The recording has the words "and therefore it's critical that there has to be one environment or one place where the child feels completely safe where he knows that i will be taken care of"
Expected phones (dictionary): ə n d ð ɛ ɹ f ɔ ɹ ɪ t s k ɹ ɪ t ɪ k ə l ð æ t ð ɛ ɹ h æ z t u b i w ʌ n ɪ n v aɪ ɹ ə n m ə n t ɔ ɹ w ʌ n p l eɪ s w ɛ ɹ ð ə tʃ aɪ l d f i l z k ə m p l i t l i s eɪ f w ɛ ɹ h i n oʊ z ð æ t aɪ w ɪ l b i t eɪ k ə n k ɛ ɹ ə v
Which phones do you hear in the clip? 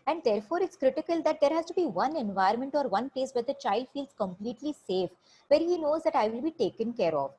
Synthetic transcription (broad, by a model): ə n d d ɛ ɹ f ɔ ɹ ɪ t s k ɹ ɪ t ɪ k ə l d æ t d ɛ ɹ h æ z t u b i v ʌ n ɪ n v aɪ ə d m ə n t ɔ ɹ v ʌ n p l eɪ s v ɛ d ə tʃ aɪ l d f i l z k ə m p l i t l i s eɪ f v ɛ ɹ h i n oʊ z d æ t aɪ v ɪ l b i t eɪ k ə n k ɛ ɹ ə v